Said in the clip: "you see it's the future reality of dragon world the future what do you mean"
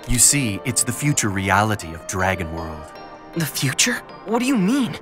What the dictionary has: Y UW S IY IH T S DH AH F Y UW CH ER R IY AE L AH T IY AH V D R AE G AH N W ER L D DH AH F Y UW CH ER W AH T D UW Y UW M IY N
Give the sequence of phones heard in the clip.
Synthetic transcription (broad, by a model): Y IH S IY IH T S DH AH F Y UW CH ER R IY AE L AH T IY AH V D R AE G AH N W ER L D DH AH F Y UW CH ER W AH T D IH Y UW M IY N